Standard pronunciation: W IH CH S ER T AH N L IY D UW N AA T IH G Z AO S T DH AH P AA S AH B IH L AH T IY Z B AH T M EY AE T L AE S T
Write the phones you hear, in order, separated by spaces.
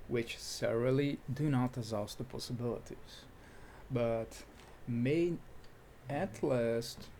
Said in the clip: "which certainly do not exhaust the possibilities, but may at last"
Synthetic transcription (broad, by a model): W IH CH S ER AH L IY D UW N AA T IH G Z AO S T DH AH P AA S AH B IH L AH T IY Z B AH T M EY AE T L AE S T